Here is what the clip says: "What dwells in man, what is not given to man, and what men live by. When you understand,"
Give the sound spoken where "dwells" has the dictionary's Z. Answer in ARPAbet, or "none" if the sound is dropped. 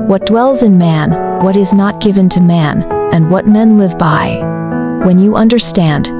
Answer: Z